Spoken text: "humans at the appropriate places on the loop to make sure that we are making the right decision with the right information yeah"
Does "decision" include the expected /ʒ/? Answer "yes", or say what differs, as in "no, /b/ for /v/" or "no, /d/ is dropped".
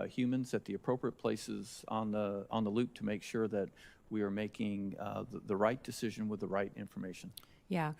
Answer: yes